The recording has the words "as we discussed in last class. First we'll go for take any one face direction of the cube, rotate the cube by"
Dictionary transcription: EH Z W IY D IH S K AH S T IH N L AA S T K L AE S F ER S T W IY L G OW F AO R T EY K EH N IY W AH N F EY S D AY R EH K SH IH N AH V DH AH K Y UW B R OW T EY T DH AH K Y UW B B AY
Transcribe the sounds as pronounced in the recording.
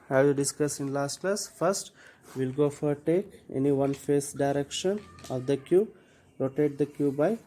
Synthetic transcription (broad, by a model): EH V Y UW D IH S K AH S IH N L AA S T K L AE S F ER S T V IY L G OW F AO R T EY K EH N IY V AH N F EY S D AY R EH K SH IH N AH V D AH K Y UW B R OW T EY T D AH K Y UW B B AY